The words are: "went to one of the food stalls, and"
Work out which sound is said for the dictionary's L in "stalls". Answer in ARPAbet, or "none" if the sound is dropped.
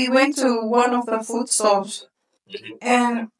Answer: none